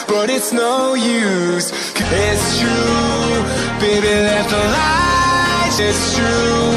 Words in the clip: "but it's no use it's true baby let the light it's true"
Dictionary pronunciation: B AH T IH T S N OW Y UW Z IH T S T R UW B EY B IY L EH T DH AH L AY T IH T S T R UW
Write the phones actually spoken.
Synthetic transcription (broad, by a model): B AH T IH T S N OW Y UW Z IH T S T R UW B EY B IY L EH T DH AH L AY IH T S T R UW